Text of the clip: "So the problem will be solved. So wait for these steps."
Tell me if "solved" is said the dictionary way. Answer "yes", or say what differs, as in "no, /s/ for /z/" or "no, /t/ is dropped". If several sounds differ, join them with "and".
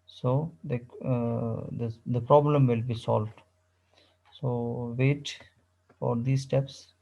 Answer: yes